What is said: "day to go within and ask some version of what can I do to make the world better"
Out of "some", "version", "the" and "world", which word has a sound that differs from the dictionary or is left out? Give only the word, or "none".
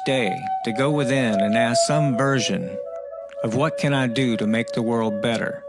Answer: none